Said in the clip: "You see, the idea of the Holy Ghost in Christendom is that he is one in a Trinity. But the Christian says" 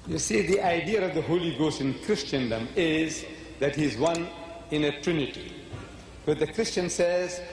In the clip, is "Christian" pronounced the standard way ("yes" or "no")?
yes